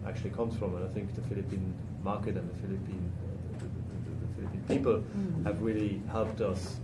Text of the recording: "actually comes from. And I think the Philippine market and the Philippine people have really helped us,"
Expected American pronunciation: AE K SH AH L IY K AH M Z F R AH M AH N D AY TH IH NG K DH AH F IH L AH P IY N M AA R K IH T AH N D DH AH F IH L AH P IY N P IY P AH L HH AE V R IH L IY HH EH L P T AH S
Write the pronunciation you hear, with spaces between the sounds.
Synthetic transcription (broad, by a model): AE K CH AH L IY K AH M Z F R AH M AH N AY TH IH NG K DH AH F IH L AH P IY N M AA R K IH T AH N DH DH AH F IH L AH P IY N P IY P AH L HH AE V R IH L IY HH EH L P T AH S